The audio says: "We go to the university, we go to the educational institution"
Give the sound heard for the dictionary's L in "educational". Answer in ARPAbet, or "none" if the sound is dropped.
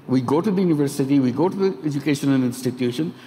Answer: N